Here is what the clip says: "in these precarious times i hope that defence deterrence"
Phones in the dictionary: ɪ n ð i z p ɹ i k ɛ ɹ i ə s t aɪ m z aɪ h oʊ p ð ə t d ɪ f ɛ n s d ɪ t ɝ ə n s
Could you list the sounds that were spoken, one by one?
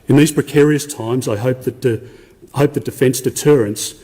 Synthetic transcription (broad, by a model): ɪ n ð i z p ɹ i k ɛ ɹ i ə s t aɪ m z aɪ h oʊ p ð ə t d ɪ f ɛ n s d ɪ t ɝ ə n s